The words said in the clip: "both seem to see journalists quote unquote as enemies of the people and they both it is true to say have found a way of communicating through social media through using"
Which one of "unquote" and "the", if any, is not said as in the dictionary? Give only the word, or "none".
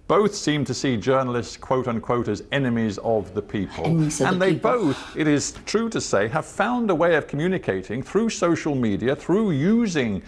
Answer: none